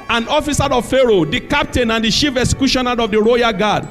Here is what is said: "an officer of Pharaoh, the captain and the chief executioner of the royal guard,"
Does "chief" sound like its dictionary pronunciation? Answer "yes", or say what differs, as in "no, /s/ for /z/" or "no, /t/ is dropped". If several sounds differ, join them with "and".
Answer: no, /ʃ/ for /tʃ/